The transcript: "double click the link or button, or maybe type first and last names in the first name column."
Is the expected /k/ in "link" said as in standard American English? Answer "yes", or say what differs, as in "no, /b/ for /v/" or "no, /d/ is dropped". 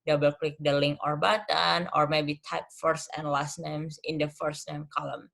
no, /k/ is dropped